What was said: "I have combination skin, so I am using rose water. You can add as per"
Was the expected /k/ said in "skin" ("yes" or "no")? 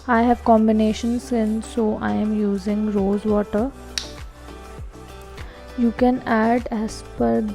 no